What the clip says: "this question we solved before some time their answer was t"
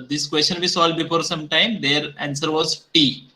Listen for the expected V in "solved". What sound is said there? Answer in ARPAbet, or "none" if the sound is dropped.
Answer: none